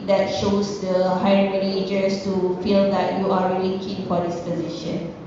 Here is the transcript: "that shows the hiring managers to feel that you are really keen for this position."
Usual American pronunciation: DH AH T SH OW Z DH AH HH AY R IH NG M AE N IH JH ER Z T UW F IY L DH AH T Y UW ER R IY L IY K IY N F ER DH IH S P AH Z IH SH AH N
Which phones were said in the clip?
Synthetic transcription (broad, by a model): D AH T SH OW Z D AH HH AY IH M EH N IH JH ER S T UW F IY L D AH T Y UW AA R IY L IY K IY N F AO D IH S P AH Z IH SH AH N